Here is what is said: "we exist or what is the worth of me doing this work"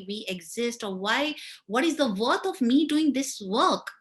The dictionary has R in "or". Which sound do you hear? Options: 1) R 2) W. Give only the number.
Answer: 2